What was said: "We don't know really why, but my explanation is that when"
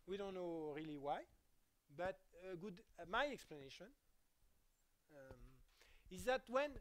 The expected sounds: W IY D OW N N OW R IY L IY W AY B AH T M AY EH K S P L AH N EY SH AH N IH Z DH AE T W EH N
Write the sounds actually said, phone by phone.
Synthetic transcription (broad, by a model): W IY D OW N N OW R IY L IY W AY B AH T M AY EH K S P L AH N EY SH AH N IH Z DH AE T W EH N